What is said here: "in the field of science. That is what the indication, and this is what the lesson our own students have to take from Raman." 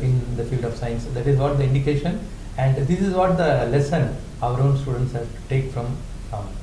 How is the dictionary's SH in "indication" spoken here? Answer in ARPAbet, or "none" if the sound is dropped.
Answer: SH